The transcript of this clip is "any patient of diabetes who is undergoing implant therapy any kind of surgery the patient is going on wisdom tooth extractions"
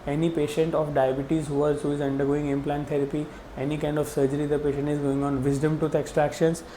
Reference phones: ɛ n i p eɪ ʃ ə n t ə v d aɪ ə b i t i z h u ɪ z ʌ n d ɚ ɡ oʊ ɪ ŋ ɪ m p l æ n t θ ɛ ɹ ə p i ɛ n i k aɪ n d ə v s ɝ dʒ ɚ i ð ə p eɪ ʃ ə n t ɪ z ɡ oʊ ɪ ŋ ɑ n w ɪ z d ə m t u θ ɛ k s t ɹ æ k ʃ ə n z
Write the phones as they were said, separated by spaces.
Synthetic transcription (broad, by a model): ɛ n i p eɪ ʃ ə n t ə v d aɪ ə b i t i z h u ɪ z ʌ n d ɚ ɡ oʊ ɪ ŋ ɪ m p l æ n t t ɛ ɹ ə p i ɛ n i k aɪ n d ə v s ɝ dʒ ɚ i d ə p eɪ ʃ ə n t ɪ z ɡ oʊ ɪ ŋ ɑ n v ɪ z d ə m t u t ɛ k s t ɹ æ k ʃ ə n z